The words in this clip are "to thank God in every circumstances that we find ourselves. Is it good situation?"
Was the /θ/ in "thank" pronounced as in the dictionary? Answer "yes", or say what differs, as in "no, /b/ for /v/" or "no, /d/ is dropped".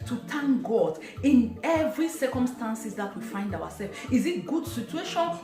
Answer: no, /t/ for /θ/